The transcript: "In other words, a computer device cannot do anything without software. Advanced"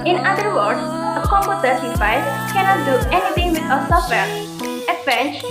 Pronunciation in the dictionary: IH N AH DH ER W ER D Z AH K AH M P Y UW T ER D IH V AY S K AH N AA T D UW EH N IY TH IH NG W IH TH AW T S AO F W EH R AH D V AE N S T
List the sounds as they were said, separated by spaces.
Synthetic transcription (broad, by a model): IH N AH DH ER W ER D S AH K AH M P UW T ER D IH F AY K AH N AA T D UW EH N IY T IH NG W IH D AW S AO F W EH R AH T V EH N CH